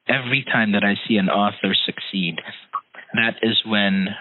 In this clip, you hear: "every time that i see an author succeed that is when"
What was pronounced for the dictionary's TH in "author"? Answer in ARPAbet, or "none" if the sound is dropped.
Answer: TH